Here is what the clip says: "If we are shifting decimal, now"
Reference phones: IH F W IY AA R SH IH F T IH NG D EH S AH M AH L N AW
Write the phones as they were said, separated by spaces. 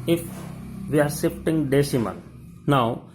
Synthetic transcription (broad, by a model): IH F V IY AA R S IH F T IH NG D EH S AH M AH N N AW